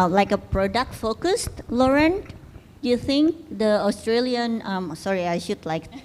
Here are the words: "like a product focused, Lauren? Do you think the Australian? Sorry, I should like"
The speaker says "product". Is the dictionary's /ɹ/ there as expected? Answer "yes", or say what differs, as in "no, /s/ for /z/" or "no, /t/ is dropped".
yes